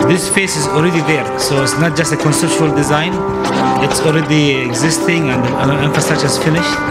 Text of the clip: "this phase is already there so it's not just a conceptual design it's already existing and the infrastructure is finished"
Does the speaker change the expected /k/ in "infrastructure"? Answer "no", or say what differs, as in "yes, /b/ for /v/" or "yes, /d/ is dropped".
yes, /k/ is dropped